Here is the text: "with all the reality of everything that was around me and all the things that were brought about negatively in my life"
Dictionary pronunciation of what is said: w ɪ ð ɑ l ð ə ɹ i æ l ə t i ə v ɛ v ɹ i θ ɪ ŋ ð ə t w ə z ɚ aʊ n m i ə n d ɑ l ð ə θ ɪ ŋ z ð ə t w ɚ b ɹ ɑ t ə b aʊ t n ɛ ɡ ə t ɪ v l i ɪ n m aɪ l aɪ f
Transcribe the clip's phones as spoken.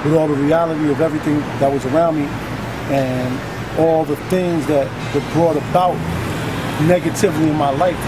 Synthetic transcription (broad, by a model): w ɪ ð ɑ l ð ə ɹ i æ l ə t i ə v ɛ v ɹ i θ ɪ ŋ ð ə t w ə z ɚ aʊ n m i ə n ɑ l ð ə θ ɪ ŋ z ð ə t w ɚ b ɹ ɑ t ə b aʊ t n ɛ ɡ ə t ɪ v l i ɪ n m aɪ l aɪ f